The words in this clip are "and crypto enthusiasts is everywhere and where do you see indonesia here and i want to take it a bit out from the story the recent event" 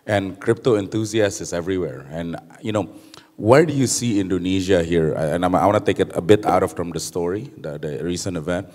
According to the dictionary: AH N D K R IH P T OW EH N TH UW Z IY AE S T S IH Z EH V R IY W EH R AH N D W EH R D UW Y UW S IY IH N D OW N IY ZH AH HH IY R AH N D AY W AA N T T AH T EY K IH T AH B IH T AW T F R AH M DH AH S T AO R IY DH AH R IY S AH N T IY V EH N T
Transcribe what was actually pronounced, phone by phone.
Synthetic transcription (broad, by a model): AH N K R IH P T OW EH N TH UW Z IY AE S S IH S EH V R IY W EH R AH N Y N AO W D UW Y UW S IY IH N D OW N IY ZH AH HH IY R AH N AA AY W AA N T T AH T EY K IH T AH B IH T AW T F R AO M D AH S T AO R IY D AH R IY S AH N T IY V EH N T